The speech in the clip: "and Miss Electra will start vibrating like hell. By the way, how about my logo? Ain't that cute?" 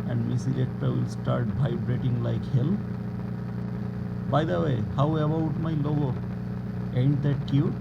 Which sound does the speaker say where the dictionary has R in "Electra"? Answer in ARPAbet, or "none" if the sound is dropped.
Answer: none